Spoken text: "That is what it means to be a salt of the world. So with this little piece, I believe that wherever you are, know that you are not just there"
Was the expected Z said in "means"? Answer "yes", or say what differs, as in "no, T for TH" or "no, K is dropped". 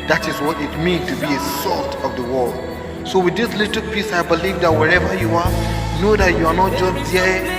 no, Z is dropped